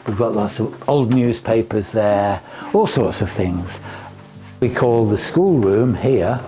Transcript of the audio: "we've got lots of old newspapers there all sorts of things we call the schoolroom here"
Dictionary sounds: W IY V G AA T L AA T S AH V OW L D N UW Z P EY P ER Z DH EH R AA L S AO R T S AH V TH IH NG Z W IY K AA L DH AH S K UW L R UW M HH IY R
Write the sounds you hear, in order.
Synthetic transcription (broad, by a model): W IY V G AA T L AA T S AH V OW L D N UW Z P EY P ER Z DH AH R AA L S AO R T S AH V TH IH NG Z W IY K AA L DH AH S K UW L R UW M HH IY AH